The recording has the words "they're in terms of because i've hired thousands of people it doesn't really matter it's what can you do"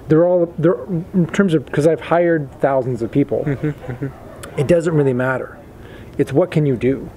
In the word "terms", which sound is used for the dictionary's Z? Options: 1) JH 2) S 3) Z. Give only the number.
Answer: 3